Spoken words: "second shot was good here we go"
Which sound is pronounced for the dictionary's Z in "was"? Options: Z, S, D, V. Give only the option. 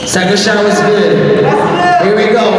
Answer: Z